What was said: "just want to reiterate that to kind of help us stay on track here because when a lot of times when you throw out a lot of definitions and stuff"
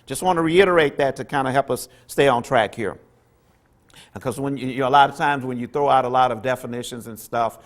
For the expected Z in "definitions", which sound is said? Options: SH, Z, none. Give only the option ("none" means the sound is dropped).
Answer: Z